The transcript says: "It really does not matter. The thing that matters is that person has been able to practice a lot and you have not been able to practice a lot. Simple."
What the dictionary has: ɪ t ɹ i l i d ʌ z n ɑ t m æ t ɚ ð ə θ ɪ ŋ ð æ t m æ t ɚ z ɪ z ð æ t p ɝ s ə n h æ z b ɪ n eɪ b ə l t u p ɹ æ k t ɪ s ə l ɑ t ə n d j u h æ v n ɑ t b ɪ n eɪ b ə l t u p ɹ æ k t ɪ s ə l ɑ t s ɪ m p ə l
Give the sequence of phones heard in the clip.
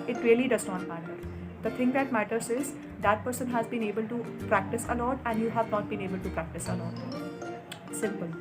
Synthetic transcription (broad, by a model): ɪ t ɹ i l i d ʌ z n ɑ t m æ t ɚ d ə t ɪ ŋ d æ t m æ t ɚ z ɪ z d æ t p ɝ s ə n h æ z b ɪ n eɪ b ə l t u p ɹ æ k t ɪ s ə l ɑ t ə n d j u h æ v n ɑ t b ɪ n eɪ b ə l t u p ɹ æ k t ɪ s ə l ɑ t s ɪ m p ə l